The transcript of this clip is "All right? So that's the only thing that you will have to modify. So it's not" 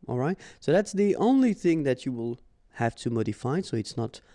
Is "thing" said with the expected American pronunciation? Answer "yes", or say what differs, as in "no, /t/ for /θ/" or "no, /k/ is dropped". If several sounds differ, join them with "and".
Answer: yes